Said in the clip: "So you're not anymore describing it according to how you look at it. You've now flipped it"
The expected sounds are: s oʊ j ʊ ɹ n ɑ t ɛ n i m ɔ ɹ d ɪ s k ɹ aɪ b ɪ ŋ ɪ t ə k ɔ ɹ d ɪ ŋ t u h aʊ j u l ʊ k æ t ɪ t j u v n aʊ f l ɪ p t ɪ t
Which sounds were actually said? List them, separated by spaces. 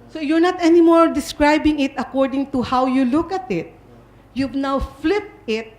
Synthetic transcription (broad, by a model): s oʊ j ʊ ɹ n ɑ t ɛ n i m ɔ ɹ d ɪ s k ɹ aɪ b ɪ ŋ ɪ t ə k ɔ ɹ d ɪ ŋ t u h aʊ j u l ʊ k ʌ t ɪ t j u v n aʊ f l ɪ p t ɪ t